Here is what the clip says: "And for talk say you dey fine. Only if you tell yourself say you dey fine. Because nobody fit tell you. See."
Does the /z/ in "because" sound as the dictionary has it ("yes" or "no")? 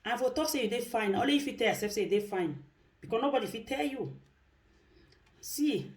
no